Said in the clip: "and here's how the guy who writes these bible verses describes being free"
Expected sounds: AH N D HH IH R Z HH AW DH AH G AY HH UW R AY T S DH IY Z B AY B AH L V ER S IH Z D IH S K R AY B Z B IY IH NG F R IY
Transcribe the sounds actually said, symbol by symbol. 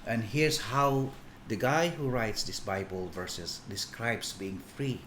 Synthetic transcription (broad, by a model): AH N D HH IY R S HH AW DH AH G AY HH UW R AY T S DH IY S B AY B AH L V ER S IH S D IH S K R AY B S B IY IH NG F R IY